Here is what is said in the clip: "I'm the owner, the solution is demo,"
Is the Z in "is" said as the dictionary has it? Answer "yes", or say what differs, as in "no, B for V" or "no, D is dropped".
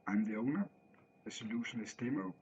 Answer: no, S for Z